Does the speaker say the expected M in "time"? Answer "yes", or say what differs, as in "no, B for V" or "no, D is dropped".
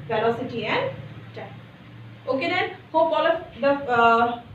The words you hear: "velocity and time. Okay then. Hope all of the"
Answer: no, M is dropped